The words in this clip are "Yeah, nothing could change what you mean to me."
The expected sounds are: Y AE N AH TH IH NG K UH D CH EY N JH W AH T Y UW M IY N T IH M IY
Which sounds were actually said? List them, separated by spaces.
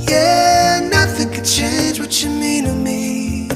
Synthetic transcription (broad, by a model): Y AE N AH TH IH NG K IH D CH EY N JH W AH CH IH M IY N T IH M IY